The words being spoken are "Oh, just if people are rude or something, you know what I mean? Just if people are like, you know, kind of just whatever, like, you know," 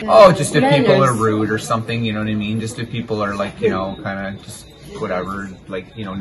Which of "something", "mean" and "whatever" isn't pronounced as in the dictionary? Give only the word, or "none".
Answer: none